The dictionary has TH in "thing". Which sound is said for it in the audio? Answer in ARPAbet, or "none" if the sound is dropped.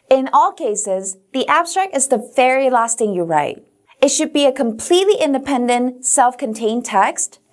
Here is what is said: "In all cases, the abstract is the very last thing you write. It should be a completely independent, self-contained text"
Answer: T